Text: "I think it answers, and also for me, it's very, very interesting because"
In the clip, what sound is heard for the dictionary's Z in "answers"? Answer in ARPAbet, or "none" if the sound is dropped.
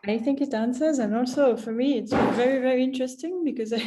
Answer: Z